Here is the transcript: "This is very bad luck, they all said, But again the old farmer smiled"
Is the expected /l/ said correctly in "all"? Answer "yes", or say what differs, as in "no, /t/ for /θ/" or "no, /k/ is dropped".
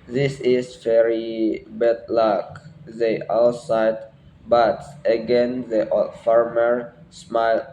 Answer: no, /w/ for /l/